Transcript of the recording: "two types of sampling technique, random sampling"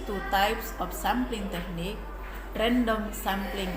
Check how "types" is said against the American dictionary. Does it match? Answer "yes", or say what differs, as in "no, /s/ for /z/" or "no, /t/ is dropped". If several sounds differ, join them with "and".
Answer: yes